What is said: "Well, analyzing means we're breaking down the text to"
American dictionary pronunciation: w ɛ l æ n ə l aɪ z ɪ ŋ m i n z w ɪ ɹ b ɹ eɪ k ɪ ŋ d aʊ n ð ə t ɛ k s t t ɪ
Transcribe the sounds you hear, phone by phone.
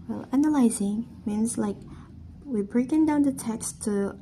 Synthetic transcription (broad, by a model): w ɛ l æ n ə l aɪ z ɪ ŋ m i n z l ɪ w b ɹ eɪ k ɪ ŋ d aʊ n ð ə t ɛ k s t t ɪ